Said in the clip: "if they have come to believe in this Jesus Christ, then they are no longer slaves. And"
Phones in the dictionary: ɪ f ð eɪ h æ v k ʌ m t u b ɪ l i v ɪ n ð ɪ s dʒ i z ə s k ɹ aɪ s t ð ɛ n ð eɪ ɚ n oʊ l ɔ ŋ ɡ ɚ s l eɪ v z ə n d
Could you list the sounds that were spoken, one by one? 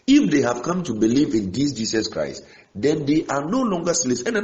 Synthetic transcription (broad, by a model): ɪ f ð eɪ h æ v k ʌ m t u b ɪ l i v ɪ n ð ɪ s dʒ i s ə s k ɹ aɪ s t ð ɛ n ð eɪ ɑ n oʊ l ɔ ŋ ɡ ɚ s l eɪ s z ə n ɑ